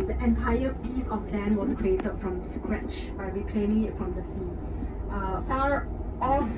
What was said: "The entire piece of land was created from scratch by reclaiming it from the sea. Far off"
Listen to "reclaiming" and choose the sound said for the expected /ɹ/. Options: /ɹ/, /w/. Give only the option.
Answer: /w/